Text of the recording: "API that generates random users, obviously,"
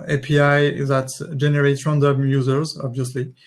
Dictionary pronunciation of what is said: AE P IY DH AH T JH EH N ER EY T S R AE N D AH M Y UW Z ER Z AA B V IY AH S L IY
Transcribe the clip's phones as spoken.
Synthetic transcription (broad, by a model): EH P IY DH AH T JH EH N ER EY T R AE N D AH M Y UW Z ER Z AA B V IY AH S L IY